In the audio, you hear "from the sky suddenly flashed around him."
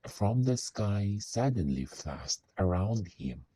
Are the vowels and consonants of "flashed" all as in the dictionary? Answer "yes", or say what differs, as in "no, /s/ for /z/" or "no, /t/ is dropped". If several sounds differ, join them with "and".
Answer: no, /l/ is dropped and /s/ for /ʃ/